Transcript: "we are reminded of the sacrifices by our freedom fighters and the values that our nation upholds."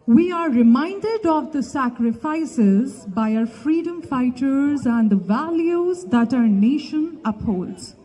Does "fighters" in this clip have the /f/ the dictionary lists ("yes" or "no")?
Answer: yes